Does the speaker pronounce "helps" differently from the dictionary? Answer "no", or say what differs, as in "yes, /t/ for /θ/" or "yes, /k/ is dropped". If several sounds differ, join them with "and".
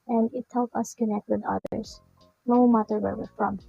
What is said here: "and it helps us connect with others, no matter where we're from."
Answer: yes, /s/ is dropped